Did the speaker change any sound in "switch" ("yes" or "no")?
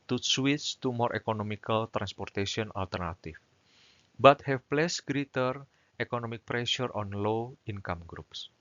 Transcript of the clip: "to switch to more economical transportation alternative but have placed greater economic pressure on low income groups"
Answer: yes